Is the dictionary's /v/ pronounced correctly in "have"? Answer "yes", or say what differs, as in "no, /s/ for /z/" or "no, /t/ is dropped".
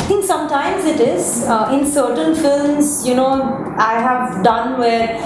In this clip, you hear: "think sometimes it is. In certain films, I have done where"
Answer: yes